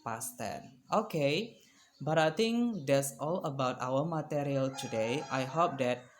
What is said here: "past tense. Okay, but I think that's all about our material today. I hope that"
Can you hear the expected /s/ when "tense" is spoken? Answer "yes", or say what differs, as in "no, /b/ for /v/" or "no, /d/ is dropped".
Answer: no, /s/ is dropped